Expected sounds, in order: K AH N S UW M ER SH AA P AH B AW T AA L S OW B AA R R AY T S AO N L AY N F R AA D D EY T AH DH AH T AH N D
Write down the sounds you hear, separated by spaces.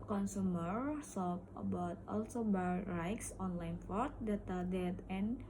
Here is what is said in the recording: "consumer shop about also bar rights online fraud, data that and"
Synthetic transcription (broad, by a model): K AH N S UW M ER S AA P AH B AW T AA L S OW B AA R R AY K S AO N L AY N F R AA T D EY T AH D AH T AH N